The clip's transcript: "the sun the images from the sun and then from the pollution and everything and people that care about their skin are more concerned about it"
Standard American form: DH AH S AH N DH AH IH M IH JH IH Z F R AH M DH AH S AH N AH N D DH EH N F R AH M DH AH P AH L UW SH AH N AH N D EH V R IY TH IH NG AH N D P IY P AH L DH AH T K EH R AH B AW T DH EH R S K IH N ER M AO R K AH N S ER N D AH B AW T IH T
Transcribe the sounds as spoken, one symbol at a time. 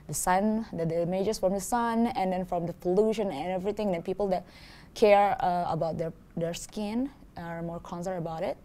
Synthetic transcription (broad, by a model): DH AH S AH N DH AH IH M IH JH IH S F R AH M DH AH S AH N AH N D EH N F R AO M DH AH F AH L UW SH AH N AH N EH V R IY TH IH NG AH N P IY P AH L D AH T K EH R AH B AW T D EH R S K IH N ER M AO R K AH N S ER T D AH B AW T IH T